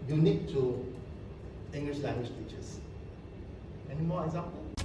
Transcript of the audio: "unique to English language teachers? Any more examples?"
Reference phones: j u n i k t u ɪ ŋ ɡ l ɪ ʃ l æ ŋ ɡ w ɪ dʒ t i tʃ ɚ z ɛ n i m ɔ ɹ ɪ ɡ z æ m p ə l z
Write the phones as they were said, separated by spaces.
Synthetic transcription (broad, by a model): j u n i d t u ɪ ŋ ɡ l ɪ ʃ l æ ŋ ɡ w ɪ ʃ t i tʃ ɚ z ɛ n i m ɔ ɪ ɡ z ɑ m p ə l